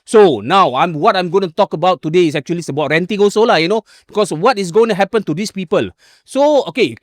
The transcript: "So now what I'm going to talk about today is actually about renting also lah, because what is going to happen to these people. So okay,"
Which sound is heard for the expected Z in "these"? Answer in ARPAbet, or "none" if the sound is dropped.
S